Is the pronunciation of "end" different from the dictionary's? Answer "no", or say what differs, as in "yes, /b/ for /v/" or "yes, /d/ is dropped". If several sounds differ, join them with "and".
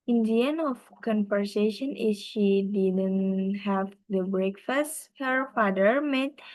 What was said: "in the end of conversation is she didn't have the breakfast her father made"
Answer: yes, /d/ is dropped